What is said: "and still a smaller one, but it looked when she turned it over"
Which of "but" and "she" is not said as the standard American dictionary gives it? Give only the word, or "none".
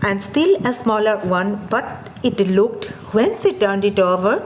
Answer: she